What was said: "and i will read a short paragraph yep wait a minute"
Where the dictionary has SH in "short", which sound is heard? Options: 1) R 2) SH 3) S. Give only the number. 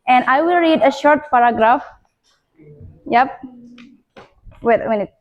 2